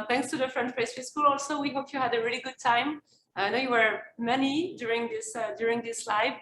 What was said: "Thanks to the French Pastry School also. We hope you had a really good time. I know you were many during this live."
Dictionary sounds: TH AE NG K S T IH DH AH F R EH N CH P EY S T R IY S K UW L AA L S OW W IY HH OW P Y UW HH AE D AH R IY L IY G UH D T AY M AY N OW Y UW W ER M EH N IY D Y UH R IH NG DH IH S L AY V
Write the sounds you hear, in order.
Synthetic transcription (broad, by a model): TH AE NG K S T IH DH AH F R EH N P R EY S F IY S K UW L AA L S OW W IY HH OW P Y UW HH AE D AH R IY L IY G UH D T AY M AY N OW Y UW W ER M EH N IY D Y UH R IH NG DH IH S L AY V